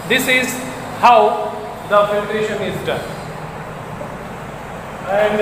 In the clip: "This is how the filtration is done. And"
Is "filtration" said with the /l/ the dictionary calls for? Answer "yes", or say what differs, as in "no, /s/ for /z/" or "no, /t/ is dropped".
no, /l/ is dropped